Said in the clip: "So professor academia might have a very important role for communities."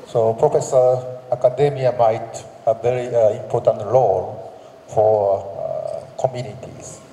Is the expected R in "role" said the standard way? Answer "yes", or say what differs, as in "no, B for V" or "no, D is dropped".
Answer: no, L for R